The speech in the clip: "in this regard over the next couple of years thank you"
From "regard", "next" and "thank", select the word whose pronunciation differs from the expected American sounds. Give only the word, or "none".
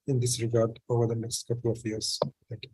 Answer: thank